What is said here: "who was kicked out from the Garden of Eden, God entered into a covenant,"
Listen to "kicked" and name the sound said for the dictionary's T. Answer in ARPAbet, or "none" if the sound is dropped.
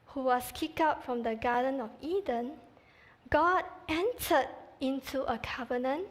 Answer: none